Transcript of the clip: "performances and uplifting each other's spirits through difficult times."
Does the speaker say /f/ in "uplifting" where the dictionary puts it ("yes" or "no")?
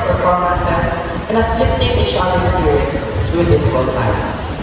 no